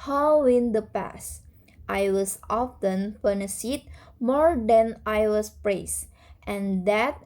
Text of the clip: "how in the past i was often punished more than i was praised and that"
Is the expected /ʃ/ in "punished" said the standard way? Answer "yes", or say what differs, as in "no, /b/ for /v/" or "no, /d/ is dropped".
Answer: no, /s/ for /ʃ/